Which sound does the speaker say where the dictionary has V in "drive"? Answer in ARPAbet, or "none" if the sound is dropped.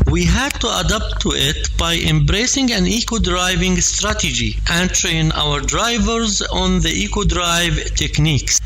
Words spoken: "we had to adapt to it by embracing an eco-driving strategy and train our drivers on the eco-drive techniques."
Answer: V